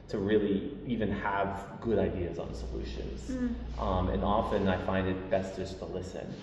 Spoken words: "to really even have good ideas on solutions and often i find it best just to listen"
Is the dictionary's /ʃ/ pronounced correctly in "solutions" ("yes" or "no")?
yes